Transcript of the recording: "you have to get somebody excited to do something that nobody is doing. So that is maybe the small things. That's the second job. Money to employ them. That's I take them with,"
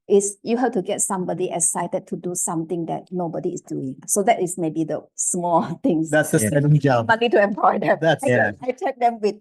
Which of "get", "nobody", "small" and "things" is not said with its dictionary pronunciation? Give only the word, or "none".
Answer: things